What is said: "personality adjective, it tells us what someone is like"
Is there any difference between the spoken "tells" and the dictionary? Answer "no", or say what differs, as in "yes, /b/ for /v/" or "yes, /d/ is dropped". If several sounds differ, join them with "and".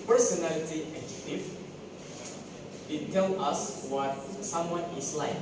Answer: yes, /z/ is dropped